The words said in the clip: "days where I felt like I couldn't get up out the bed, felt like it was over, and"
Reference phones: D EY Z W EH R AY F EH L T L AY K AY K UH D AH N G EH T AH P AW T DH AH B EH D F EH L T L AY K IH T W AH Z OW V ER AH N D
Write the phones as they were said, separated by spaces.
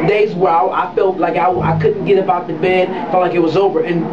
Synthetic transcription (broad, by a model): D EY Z W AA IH AY F EH L T L AY K AY K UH D N G EH T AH B AW T DH AH B EH D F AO T L AY K IH T W AH Z OW V ER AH N